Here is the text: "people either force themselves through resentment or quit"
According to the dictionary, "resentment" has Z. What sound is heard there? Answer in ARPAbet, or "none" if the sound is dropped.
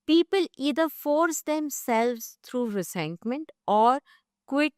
S